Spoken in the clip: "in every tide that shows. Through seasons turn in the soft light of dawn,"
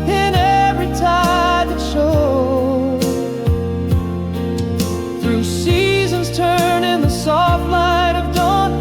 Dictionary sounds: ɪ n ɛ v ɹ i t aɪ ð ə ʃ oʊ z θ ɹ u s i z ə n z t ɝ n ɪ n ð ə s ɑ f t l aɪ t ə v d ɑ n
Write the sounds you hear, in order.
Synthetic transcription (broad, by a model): ɪ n ɛ v ɹ i t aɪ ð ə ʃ oʊ θ ɹ u s i z ə n z t ɝ n ɪ n ð ə s ɑ f t l aɪ t ə v d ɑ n